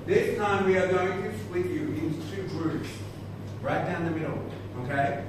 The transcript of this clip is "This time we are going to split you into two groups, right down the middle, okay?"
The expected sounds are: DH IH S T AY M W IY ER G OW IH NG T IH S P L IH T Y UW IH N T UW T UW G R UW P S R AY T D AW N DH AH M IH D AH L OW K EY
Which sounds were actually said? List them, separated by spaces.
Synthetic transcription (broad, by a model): DH IH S T AY M W IY ER G OW IH NG T IH S L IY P Y UW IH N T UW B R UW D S R AY T D AW N DH AH M IH D L OW K EY